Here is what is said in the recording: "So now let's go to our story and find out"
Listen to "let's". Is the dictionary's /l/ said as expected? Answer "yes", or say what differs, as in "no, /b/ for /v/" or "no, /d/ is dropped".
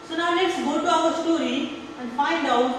no, /n/ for /l/